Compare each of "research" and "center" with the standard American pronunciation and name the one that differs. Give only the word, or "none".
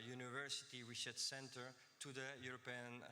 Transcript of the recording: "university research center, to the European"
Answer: research